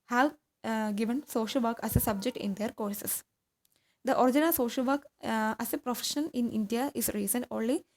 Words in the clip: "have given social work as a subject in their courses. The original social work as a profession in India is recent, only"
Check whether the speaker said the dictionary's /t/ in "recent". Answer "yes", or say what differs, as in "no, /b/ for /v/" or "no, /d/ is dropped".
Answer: no, /t/ is dropped